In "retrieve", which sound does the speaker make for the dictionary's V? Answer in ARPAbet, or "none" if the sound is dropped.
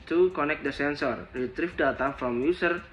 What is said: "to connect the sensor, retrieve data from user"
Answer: F